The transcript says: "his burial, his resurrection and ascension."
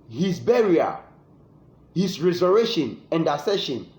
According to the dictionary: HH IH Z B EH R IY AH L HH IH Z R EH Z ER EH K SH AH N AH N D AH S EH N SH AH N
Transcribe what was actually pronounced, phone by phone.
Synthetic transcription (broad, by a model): HH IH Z B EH R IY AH HH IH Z R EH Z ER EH SH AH N AH N D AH S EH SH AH N